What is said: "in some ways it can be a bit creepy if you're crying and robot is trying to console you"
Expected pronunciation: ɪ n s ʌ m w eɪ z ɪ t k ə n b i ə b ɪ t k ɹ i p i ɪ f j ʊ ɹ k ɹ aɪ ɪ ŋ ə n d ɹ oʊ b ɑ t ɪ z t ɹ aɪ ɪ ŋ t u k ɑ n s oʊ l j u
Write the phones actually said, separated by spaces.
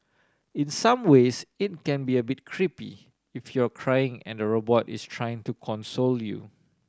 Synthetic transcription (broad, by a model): ɪ n s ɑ m w eɪ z ɪ t k ə n b i ə b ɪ t k ɹ i p i ɪ f j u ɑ k ɹ aɪ ɪ ŋ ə n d ɹ oʊ b ɑ t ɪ s t ɹ aɪ ɪ ŋ t u k ɑ n s oʊ l j u